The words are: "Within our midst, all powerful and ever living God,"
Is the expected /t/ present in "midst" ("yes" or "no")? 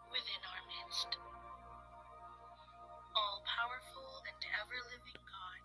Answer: yes